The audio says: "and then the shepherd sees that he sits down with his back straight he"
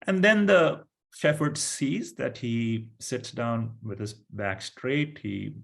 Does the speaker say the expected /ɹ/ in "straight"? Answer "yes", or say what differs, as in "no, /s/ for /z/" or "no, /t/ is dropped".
yes